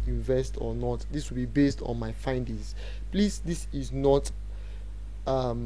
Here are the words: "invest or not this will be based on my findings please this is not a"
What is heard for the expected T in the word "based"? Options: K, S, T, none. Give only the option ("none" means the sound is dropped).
T